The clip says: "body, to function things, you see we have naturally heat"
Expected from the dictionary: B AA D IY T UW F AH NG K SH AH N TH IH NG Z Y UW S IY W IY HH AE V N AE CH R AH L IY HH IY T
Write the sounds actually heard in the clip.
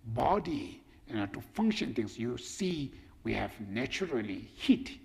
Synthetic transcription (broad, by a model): B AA D IY T UW F AH NG K SH AH N T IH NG S Y UW S IY W IY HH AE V N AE CH R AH L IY HH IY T